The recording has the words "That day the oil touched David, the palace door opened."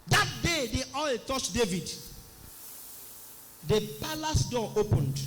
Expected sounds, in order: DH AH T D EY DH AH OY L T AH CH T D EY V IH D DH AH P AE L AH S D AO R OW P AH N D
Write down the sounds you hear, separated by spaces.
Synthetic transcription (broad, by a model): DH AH T D EY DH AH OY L T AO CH D EY V IH D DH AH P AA L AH S D AO OW P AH N D